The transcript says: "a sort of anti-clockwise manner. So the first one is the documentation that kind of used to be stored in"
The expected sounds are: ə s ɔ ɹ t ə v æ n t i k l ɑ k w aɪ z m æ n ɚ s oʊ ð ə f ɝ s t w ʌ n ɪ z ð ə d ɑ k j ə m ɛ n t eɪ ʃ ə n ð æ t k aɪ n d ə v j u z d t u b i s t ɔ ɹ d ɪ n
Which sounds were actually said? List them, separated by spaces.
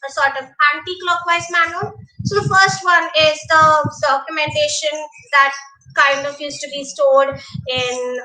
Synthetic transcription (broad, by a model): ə s ɔ ɹ t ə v æ n t i k l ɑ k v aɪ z m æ n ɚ s oʊ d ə f ɝ s t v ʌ n ɪ z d ə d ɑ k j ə m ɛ n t eɪ ʃ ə n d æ t k aɪ n d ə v j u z t u b i s t ɔ l d ɪ n